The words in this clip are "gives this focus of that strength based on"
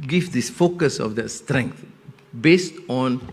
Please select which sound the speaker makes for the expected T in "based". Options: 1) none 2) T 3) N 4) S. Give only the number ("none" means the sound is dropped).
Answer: 2